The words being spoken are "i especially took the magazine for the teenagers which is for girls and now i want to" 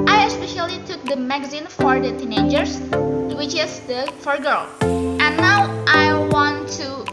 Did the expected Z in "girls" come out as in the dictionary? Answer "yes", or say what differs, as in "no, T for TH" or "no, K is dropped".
no, Z is dropped